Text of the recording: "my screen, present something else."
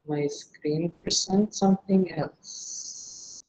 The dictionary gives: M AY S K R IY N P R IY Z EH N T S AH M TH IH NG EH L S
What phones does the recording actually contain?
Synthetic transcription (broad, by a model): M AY S K R IY N P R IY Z EH N T S AH M TH IH NG EH L S